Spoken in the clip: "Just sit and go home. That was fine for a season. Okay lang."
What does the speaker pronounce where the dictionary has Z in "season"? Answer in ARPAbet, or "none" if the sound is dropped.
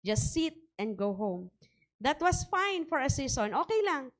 S